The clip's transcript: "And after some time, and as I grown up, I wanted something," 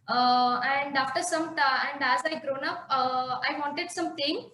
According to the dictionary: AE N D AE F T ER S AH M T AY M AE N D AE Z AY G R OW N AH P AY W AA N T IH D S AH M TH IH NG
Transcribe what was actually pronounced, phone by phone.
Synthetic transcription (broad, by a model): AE N D AE F T ER S AH M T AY AE N D AE Z AY G R OW N AH P AY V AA N T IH D S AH M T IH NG